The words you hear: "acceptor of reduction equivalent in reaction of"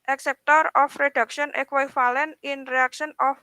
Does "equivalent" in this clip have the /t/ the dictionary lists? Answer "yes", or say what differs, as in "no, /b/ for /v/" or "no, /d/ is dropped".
no, /t/ is dropped